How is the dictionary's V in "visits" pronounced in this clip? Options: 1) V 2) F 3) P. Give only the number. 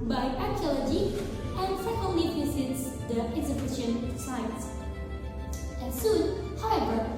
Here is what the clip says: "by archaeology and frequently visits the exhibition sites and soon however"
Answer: 3